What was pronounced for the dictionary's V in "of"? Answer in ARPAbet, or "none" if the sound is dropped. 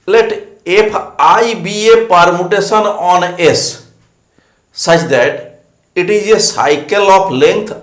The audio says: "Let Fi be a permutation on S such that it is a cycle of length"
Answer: P